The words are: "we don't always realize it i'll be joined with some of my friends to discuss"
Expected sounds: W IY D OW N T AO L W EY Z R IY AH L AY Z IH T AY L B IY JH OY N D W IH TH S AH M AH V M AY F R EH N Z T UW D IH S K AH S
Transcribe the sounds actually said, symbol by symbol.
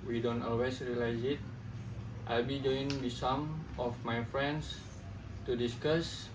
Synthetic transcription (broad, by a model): W IY D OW N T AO L W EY S R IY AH L AY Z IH T AY L B IY JH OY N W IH S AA M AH F M AY F R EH N S T UW D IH S K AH S